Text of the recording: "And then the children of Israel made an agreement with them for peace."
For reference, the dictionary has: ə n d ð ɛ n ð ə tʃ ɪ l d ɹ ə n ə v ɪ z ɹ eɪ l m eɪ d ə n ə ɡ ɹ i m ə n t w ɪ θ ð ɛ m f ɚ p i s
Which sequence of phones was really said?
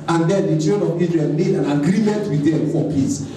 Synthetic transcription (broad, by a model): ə n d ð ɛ n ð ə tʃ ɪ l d ə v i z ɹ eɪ n m eɪ d ə n ə ɡ ɹ i m ə n t w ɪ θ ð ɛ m f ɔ p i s